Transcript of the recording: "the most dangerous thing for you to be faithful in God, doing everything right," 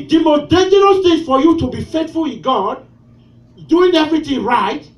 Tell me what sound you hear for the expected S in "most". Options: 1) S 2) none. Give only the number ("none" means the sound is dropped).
2